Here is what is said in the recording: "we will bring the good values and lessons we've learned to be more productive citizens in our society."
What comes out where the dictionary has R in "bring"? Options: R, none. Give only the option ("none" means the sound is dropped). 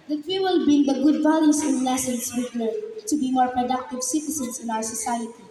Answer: none